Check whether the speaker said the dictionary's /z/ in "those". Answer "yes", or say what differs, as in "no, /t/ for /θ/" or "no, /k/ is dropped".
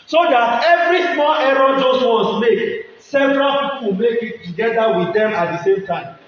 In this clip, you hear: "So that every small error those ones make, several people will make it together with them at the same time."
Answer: no, /s/ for /z/